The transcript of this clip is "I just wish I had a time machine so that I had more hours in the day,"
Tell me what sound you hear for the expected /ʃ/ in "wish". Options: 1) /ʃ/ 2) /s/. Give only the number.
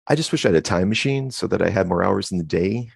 1